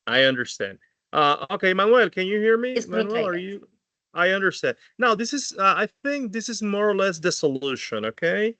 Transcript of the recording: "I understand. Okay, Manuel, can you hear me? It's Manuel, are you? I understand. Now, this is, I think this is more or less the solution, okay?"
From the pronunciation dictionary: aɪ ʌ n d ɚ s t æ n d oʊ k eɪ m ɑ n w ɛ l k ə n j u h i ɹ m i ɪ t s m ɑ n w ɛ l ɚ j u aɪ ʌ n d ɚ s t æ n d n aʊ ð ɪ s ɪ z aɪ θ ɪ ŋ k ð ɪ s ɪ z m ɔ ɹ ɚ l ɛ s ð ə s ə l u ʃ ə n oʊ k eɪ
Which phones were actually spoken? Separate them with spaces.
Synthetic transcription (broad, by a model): aɪ ʌ n d ɚ s t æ n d oʊ k eɪ m ɑ n w ɛ l k ə n j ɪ h i ɹ m i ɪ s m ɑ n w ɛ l ɚ j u aɪ ʌ n d ɚ s t æ n d n aʊ ð ɪ s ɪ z aɪ θ ɪ ŋ k ð ɪ s ɪ z m ɔ ɹ ɚ l ɛ s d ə s ə l u ʃ ə n oʊ k eɪ